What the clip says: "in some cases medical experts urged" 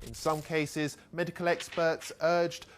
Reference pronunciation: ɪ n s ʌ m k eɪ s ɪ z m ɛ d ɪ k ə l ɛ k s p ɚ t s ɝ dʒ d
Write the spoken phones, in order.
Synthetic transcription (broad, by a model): ɪ n s ʌ m k eɪ s ɪ z m ɛ d ɪ k ə l ɛ k s p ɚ t s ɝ dʒ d